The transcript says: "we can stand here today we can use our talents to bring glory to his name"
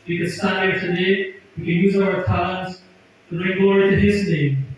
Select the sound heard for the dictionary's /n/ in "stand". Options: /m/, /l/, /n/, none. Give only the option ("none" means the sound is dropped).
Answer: none